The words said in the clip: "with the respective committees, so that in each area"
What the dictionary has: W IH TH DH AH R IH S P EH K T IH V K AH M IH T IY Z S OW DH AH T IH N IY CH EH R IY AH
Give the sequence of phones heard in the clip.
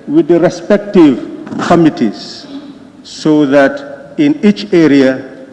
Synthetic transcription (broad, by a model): W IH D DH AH R IH S P EH K T IH V K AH M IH T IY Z S OW DH AH T IH N IY CH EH R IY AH